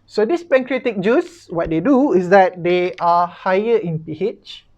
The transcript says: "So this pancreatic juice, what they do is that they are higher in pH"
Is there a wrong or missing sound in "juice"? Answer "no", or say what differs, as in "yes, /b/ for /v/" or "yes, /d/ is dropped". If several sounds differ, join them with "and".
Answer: no